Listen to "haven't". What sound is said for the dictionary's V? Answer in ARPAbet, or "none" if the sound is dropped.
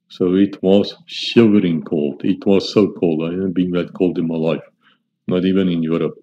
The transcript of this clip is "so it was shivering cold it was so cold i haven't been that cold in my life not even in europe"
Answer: B